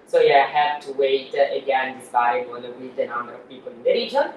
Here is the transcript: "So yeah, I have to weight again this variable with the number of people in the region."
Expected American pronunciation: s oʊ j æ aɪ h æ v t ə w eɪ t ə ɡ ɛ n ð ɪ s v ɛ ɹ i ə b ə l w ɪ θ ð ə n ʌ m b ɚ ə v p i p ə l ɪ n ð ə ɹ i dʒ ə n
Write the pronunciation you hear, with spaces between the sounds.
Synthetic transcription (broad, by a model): s oʊ j æ aɪ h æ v t ə w eɪ t ə ɡ ɛ n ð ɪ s b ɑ i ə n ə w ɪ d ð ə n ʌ m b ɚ ə v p i p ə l ɪ n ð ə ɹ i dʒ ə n